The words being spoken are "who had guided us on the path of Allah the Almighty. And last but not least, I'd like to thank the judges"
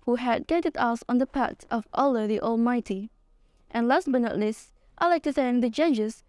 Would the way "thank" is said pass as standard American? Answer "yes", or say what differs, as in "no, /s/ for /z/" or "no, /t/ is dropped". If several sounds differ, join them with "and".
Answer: no, /s/ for /θ/